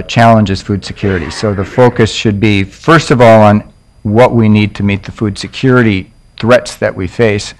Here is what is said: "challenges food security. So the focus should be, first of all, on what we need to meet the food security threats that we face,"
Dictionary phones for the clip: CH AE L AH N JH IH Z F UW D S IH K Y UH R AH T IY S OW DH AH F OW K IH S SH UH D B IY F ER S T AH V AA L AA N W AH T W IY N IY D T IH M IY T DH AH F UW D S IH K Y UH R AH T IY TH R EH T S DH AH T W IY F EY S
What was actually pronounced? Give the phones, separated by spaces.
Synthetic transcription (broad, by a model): CH AE L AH N JH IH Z F UW D S IH K Y UH R AH T IY S OW DH AH F OW K IH S SH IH D B IY F ER S T AH V AA L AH N W AH T W IY N IY D T IH M IY T DH AH F UW D S IH K Y UH R AH T IY TH R EH T S DH AH T W IY F EY S